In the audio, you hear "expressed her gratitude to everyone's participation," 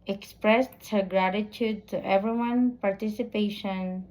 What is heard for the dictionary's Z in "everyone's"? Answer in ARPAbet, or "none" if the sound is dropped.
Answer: none